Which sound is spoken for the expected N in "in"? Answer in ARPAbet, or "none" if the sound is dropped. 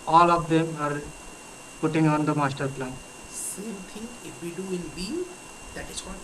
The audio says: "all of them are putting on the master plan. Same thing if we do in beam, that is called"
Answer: L